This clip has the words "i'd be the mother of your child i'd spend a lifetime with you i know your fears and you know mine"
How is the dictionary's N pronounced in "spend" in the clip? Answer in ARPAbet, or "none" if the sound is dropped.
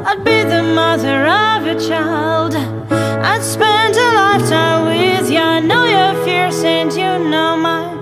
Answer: N